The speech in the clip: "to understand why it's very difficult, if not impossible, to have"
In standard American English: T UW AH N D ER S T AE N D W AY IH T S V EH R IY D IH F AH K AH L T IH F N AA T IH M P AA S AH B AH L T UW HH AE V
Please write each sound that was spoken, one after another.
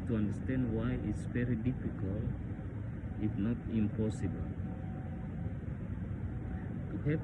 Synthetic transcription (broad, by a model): T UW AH N D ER S T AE N D W AY IH T S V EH R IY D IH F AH K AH L IH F N AA T IH M P AA S AH B AH L T UW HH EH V